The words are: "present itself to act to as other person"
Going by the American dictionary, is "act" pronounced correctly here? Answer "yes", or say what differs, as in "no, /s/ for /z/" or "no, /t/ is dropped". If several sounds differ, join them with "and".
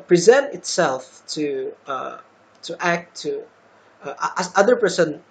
no, /k/ is dropped